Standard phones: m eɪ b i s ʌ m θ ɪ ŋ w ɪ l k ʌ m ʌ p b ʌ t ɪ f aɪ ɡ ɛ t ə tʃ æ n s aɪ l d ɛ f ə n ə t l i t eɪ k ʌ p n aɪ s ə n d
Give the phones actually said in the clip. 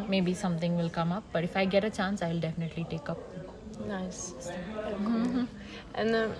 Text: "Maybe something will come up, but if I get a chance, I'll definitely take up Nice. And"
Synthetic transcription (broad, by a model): m eɪ b i s ʌ m t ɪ ŋ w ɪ l k ʌ m ʌ p b ʌ t ɪ f aɪ ɡ ɛ t ə tʃ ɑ n s aɪ l d ɛ f ə n ə t l i t eɪ k ʌ p n aɪ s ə n